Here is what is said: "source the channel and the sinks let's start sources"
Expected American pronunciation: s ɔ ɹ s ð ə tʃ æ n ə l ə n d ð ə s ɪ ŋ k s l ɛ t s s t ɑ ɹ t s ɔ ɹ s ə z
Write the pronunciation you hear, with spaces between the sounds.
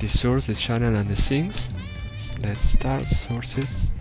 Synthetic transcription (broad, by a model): s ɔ ɹ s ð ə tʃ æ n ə l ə n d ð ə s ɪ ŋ s l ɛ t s s t ɑ ɹ t s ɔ ɹ s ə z